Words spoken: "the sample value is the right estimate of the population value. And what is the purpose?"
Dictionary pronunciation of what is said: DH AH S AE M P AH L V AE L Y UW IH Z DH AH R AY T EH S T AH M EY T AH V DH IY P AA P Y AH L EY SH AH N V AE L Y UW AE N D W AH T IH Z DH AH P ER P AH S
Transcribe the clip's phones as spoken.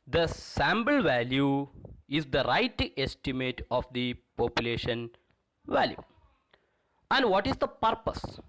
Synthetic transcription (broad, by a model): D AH S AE M B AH L V AE L Y UW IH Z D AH R AY T EH S T AH M EY T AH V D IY P AA P Y AH L EY SH AH N V AE L Y UW AE N D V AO T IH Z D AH P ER P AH S